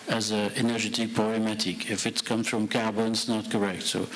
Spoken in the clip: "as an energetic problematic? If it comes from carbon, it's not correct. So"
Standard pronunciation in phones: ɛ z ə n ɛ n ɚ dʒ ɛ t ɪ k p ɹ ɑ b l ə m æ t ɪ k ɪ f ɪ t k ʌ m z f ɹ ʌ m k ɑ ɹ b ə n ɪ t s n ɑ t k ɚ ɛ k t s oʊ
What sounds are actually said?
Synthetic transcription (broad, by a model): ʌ z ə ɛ n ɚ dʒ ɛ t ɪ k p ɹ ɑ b ə m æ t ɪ k ɪ f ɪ t k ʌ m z f ɹ ʌ m k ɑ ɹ b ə n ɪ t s n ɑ t k ɚ ɛ k t s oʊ